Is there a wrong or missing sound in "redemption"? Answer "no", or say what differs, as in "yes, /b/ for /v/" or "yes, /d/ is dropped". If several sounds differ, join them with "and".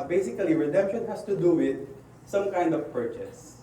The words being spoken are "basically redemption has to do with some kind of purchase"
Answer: no